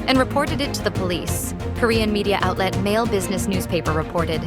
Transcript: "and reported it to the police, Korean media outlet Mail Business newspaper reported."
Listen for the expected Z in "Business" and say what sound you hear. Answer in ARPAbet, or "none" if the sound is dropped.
Z